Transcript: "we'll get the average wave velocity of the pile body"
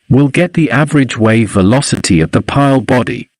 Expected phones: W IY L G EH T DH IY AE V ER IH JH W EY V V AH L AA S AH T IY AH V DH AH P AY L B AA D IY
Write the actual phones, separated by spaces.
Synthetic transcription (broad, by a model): W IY L G EH T DH IY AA V ER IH JH W EY V V AH L AA S AH T IY AH V DH AH P AY L B AA D IY